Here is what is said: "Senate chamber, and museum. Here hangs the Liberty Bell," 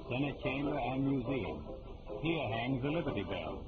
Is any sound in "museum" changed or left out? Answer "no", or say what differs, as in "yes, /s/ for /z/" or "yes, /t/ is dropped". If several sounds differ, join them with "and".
no